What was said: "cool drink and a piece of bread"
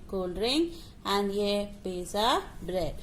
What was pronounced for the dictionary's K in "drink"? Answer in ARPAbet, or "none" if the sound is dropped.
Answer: none